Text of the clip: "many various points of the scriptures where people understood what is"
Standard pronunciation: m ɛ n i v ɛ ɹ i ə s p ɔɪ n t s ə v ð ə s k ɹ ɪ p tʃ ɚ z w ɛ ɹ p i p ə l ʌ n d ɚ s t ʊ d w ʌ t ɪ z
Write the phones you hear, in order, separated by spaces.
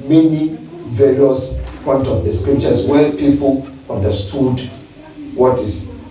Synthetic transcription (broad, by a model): m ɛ n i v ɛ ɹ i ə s p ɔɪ n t ə v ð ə s k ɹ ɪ p tʃ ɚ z w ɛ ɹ p i p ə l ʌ n d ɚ s t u d w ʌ t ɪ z